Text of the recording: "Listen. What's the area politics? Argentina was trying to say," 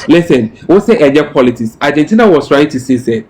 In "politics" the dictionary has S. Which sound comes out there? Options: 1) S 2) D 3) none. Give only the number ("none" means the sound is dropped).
1